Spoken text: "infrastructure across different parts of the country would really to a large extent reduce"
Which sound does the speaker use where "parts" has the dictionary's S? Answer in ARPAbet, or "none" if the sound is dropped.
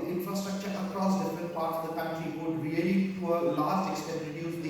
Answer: none